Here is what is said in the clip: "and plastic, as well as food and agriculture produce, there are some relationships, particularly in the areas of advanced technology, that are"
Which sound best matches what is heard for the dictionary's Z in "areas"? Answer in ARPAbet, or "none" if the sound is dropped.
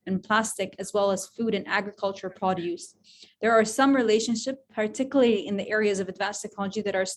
Z